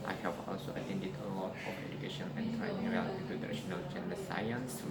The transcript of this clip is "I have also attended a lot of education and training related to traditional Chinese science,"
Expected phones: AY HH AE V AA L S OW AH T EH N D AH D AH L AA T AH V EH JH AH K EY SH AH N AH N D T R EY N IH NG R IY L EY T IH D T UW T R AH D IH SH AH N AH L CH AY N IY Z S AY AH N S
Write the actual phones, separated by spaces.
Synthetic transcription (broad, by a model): AY HH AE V AA L S OW AH T EH N D AH D AH L AA T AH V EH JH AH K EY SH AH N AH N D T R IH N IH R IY AA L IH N T UW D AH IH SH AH N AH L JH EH N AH S AY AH N S